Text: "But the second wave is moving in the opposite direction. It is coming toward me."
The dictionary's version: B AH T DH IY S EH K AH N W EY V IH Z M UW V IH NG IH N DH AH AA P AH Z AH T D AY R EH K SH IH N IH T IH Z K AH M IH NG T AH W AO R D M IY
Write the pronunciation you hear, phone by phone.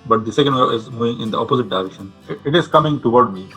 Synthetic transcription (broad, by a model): B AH T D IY S EH K AH N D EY IH Z M UW V IH NG IH N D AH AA P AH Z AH T D AY R EH K SH IH N IH T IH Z K AH M IH NG T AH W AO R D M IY